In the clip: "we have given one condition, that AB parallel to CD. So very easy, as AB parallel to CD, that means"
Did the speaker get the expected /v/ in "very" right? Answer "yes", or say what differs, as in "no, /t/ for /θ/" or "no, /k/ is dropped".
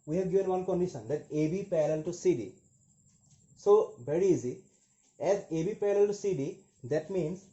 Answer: no, /b/ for /v/